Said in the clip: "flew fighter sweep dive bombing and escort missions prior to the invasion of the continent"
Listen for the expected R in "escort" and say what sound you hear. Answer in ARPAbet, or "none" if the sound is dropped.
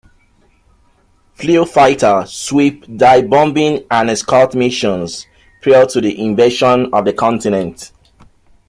L